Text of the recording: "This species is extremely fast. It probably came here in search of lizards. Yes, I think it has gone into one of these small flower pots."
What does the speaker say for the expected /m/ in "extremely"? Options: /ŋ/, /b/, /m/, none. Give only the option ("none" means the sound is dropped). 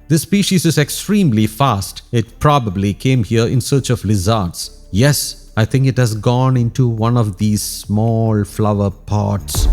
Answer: /m/